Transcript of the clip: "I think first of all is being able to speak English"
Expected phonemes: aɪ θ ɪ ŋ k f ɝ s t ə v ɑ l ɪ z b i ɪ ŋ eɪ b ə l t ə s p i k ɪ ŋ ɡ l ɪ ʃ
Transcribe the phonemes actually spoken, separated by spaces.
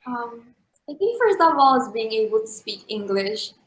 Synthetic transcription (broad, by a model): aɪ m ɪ k f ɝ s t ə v ɑ l ɪ z b i ɪ ŋ eɪ b ə l t ə s p i k ɪ ŋ ɡ l ɪ ʃ